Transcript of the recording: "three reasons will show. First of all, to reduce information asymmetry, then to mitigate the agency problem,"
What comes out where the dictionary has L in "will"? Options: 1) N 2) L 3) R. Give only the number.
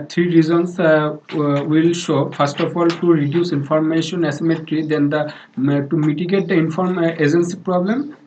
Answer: 2